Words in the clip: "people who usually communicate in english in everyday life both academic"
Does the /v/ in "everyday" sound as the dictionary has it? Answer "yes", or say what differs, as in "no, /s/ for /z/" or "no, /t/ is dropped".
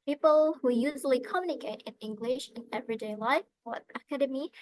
yes